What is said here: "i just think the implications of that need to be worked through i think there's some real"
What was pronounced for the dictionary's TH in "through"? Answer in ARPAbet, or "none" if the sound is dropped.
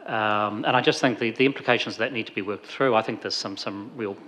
TH